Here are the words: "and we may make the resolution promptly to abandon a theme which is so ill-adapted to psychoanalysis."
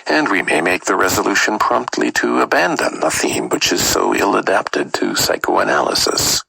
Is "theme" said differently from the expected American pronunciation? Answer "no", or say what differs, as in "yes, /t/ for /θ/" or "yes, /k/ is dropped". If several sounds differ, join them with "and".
no